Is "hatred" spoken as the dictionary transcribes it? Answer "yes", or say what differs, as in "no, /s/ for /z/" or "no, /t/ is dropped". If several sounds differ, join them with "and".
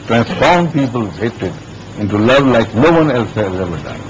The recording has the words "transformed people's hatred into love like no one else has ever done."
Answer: no, /ɹ/ is dropped